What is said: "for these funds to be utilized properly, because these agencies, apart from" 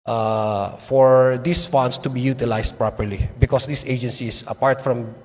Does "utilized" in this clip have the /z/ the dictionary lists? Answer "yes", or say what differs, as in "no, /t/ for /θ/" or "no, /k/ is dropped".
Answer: no, /s/ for /z/